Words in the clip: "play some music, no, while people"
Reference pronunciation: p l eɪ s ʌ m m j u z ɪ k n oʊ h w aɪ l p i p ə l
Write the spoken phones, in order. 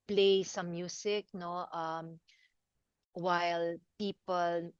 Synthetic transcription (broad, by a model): p l eɪ s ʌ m m j u s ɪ k n oʊ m w aɪ l p i p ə l